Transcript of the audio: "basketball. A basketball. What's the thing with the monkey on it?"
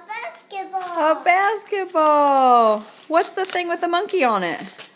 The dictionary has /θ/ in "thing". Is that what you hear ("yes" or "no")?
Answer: yes